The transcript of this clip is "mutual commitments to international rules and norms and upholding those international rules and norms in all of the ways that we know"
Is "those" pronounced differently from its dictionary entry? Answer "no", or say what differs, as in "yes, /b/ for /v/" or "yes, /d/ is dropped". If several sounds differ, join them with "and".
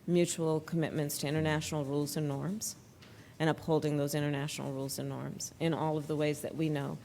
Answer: no